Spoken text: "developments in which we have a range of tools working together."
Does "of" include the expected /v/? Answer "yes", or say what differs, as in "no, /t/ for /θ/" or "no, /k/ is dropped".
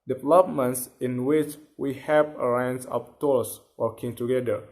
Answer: no, /p/ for /v/